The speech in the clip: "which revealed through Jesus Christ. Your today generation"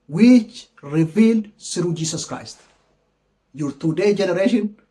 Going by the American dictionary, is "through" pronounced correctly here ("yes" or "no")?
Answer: no